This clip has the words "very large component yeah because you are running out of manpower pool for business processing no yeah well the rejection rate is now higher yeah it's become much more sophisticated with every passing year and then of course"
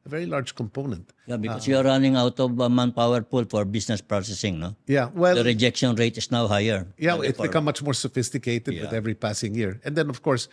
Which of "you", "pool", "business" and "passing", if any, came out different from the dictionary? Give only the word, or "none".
business